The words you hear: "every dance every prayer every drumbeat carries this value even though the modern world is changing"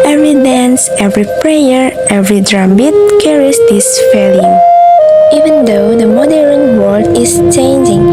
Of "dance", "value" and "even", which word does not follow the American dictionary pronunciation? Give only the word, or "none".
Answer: value